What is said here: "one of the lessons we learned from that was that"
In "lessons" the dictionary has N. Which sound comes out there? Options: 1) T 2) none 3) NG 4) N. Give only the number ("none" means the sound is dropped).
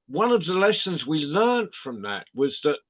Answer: 4